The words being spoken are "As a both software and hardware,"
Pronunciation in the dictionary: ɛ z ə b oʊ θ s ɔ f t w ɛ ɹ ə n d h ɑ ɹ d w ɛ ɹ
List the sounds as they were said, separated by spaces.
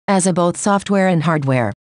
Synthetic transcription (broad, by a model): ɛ z ə b oʊ θ s ɔ f t w ɛ ɹ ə n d h ɑ ɹ d w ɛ ɹ